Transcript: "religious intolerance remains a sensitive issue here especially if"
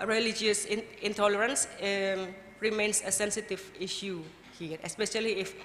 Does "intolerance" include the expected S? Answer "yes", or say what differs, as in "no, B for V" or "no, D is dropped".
yes